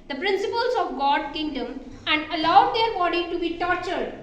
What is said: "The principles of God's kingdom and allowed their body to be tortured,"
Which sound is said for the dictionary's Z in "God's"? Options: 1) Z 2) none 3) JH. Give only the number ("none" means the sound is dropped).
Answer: 2